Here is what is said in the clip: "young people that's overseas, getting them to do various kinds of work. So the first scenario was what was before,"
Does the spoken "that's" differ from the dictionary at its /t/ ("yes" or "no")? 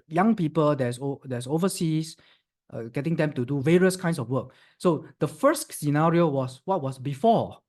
yes